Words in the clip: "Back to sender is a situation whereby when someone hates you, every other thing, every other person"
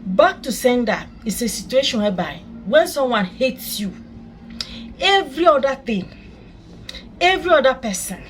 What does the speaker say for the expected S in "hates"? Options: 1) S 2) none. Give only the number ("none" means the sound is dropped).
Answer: 1